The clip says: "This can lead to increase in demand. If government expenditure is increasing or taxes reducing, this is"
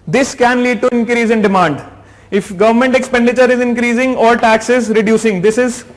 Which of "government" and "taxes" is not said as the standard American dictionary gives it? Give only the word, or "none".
none